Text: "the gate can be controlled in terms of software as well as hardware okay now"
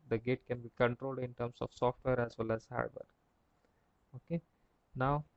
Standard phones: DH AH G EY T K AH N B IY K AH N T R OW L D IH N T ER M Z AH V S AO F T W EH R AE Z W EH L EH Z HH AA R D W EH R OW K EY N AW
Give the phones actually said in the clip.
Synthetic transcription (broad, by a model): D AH G EY T K AH N B IY K AH N T R OW L D IH N T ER M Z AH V S AO F T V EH R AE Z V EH L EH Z HH AA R D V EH R OW K EY N AW